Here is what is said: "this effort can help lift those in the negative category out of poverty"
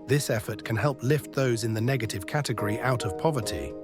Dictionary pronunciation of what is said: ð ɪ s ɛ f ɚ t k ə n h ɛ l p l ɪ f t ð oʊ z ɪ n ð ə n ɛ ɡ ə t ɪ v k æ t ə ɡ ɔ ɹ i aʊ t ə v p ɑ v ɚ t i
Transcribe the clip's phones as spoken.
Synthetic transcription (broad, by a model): ð ɪ s ɛ f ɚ t k ə n h ɛ l p l ɪ f t ð oʊ z ɪ n ð ə n ɛ ɡ ə t ɪ v k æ t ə ɡ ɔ ɹ i aʊ t ə v p ɑ v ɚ t i